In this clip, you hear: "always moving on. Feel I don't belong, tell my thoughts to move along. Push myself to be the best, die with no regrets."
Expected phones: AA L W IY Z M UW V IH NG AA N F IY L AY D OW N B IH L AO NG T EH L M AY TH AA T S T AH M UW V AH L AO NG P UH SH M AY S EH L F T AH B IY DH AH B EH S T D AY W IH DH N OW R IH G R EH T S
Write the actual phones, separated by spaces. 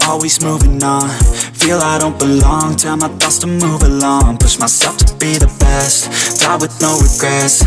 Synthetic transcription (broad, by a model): AA L W IY Z M UW V IH NG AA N F IY L AY D OW N B IH L AO NG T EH M AY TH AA S T AH M UW V AH L AO NG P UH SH M AY S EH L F T AH B IY DH AH B EH S T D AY W IH DH N OW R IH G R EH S